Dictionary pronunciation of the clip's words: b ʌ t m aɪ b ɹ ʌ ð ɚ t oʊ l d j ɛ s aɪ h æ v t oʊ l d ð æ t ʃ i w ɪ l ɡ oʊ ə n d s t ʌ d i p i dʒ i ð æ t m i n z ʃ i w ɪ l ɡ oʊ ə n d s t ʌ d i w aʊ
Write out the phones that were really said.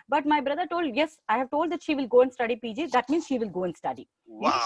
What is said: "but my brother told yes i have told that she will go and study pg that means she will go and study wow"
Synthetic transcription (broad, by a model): b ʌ t m aɪ b ɹ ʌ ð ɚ t oʊ l d j ɛ s aɪ h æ v t oʊ l d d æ t ʃ i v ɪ l ɡ oʊ ə n d s t ʌ d i p i dʒ i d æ t m i n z ʃ i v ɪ l ɡ oʊ ə n d s t ʌ d i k